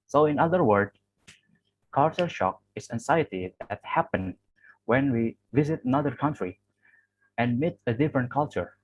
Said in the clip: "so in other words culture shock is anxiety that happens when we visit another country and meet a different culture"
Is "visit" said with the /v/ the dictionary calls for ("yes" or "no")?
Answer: yes